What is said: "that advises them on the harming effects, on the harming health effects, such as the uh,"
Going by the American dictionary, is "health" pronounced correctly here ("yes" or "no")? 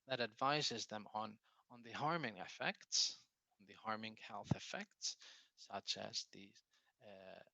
yes